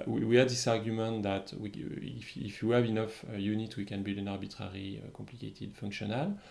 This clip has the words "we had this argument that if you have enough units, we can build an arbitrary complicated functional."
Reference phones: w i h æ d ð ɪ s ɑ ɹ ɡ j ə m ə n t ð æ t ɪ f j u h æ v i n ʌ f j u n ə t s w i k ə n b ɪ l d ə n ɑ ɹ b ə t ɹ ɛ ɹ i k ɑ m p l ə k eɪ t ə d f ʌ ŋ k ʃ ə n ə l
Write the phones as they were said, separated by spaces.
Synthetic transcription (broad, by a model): w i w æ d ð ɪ s ɑ ɹ ɡ j ə m ə n t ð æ t ɪ f j u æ v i n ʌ f j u n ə t w i k ə n b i l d ə n ɑ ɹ b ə t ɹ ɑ ɹ i k ɑ m p l ə k eɪ t ə d f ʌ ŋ k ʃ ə n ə l